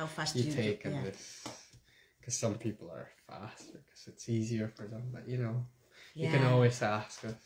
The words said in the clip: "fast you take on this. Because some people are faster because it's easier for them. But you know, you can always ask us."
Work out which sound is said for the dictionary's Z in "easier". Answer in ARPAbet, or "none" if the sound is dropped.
Z